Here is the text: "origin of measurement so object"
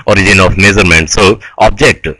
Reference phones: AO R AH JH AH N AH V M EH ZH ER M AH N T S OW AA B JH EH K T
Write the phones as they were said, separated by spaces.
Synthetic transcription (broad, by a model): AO R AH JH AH N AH F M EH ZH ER M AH N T S OW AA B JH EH K T